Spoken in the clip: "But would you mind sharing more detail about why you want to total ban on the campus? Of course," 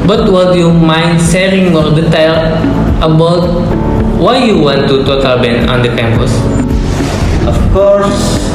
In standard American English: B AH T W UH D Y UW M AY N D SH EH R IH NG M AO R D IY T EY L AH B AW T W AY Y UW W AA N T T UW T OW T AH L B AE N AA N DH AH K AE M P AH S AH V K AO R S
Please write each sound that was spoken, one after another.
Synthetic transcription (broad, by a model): B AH T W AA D Y UW M AY N D S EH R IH NG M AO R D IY T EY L AH B AW T W AY Y UW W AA N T T UW T OW T AH L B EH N AA N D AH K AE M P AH S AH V K AO R S